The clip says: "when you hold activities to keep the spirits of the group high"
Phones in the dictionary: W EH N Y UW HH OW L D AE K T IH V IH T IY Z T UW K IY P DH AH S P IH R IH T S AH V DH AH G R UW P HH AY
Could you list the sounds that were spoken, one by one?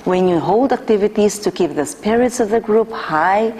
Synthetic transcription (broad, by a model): W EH N Y UW HH OW L D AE K T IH V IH T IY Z T UW K IY P DH AH S P IH R IH T S AH V DH AH G R UW P HH AY